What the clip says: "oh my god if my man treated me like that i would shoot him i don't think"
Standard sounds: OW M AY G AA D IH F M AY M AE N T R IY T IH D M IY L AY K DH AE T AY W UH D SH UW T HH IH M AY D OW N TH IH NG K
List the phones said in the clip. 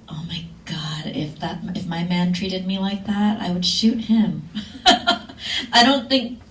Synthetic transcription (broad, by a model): OW M AY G AA D IH F M AY M AE N T R IY T IH D M IY L AY K DH AE T AY W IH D SH UW T HH IH M AY D OW N TH IH NG K